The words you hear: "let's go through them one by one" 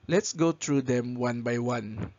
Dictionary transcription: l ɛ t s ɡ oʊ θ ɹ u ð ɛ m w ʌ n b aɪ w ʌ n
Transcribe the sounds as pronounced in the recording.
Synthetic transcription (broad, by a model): l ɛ t s ɡ oʊ t ɹ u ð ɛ m w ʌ n b aɪ w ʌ n